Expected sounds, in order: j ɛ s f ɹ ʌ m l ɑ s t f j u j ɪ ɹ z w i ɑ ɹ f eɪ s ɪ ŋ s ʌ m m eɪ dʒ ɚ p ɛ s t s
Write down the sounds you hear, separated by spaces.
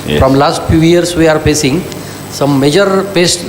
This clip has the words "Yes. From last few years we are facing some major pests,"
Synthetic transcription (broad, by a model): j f ɹ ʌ m l ɑ s t f j u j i ɹ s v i ɑ ɹ p eɪ s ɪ ŋ s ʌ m m eɪ dʒ ɚ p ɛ s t